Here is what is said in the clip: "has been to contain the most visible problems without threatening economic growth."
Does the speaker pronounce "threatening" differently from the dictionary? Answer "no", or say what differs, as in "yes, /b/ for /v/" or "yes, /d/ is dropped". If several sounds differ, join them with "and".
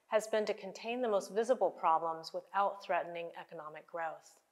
no